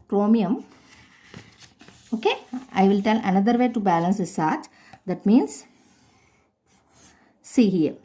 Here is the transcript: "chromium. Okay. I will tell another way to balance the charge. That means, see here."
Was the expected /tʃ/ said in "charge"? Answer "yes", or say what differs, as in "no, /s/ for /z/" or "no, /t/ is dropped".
no, /s/ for /tʃ/